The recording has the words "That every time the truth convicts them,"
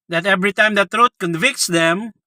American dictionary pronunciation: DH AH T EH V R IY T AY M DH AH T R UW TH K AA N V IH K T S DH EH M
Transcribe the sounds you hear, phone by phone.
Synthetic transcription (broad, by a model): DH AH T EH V R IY T AY M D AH T R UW T K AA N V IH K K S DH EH M